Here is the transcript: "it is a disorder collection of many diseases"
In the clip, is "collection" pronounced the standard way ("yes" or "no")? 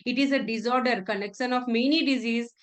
no